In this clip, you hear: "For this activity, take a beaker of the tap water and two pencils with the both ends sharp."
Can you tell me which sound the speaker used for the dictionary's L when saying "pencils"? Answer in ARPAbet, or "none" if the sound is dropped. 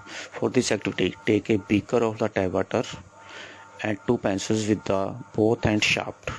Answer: none